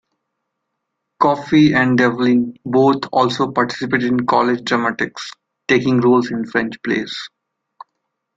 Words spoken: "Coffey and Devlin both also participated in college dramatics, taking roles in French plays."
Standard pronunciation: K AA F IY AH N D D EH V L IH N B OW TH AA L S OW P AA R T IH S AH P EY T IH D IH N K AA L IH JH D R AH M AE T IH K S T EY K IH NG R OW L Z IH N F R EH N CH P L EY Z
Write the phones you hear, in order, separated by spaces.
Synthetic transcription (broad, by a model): K AA F IY AH N D D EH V L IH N B OW T AA L S OW P AA R T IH S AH P EY T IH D IH N K AA L IH JH D R AH M AE T IH K S T EY K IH NG R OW L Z IH N F R EH N CH P L EY S